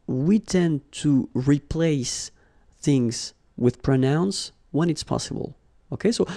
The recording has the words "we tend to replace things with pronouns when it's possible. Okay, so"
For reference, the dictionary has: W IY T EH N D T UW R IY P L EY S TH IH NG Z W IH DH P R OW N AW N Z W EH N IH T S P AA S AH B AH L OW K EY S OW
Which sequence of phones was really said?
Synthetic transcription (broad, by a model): W IY T EH N T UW R IY P L EY S TH IH NG Z W IH DH P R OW N AW N S W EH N IH T S P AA S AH B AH L OW K EY S OW